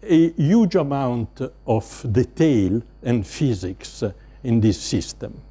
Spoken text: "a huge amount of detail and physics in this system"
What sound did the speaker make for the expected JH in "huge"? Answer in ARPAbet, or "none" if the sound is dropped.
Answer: JH